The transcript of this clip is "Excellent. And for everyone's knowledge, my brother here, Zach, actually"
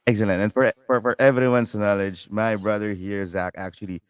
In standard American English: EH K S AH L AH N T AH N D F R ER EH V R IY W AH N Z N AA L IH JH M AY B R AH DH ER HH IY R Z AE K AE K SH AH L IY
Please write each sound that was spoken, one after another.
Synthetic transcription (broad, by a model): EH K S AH L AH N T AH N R F R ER EH V R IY W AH N S N AA L IH JH M AY B R AH DH ER HH IY R Z AE K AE K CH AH L IY